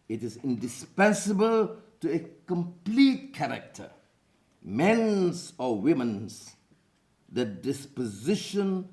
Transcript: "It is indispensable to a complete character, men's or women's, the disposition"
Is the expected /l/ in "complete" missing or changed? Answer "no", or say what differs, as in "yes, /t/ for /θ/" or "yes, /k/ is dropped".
no